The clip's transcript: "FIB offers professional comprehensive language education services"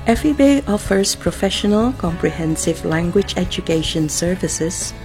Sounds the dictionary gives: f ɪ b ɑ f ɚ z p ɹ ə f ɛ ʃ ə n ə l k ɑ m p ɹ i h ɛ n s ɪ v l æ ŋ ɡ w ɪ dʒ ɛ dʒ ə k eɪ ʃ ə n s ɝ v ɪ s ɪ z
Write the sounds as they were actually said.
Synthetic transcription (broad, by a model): f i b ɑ f ɚ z p ɹ ə f ɛ ʃ ə n ə l k ɑ m p ɹ i h ɛ n s ɪ v l æ ŋ ɡ w ɪ dʒ ɛ dʒ ə k eɪ ʃ ə n s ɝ v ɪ s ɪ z